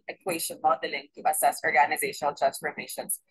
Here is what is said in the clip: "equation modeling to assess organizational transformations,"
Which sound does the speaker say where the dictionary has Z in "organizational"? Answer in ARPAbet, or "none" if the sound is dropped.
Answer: Z